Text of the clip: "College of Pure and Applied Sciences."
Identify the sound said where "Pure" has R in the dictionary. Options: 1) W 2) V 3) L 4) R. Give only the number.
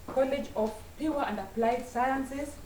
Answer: 1